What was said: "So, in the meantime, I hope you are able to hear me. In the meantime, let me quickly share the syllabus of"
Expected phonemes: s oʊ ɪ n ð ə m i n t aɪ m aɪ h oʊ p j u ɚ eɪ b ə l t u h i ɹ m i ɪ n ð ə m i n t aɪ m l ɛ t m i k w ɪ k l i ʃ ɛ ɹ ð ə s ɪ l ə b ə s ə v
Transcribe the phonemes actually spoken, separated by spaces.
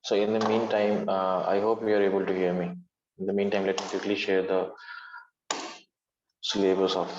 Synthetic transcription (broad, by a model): s oʊ ɪ n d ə m i n t aɪ m aɪ h oʊ p j u ɚ eɪ b ə l t u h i ɹ m i ɪ n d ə m i n t aɪ m l ɛ t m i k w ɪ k l i ʃ ɛ ɹ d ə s l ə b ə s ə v